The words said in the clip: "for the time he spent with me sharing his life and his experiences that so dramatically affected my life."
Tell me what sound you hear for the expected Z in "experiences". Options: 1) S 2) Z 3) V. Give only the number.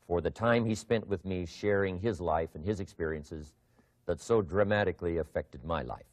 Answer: 2